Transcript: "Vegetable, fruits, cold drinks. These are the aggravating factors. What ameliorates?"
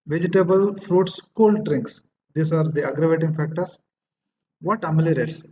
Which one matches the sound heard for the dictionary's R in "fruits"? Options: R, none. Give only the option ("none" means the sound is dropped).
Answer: R